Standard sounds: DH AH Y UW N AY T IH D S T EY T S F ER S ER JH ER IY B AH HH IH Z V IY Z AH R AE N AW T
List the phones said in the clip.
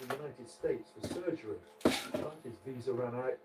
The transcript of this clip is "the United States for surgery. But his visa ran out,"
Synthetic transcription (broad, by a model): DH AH Y UW N AY T IH D S T EY T S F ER S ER JH ER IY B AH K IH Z V IY Z AH R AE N AW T